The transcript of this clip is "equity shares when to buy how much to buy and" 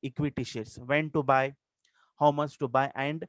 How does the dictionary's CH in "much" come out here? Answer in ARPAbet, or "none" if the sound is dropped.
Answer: S